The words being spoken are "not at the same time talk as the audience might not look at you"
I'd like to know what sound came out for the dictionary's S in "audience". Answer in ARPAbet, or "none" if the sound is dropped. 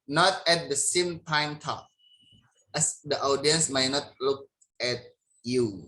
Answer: S